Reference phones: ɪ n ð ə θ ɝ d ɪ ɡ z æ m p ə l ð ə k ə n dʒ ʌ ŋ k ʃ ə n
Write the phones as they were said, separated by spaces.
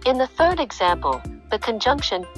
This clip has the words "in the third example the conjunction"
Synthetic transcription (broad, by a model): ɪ n ð ə θ ɝ d ɪ ɡ z æ m p ə l ð ə k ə n dʒ ʌ ŋ k ʃ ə n